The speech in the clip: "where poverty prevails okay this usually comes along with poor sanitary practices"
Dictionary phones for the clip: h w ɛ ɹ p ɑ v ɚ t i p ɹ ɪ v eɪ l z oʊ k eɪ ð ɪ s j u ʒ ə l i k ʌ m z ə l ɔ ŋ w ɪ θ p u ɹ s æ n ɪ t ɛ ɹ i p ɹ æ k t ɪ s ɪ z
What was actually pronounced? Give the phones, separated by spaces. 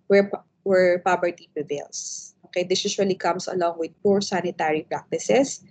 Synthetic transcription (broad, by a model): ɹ w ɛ ɹ p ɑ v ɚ t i p ɹ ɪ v eɪ l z oʊ k eɪ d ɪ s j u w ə l i k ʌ m s ə l ɔ ŋ w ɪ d p u ɹ s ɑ n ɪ t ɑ ɹ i p ɹ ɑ k t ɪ s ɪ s